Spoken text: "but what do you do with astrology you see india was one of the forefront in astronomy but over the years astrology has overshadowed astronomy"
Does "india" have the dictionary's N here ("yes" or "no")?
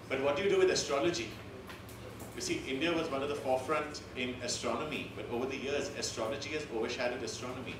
yes